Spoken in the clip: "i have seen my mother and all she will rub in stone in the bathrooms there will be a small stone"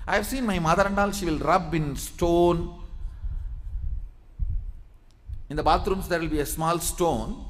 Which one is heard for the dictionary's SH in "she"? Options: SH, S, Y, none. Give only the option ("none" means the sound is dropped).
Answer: SH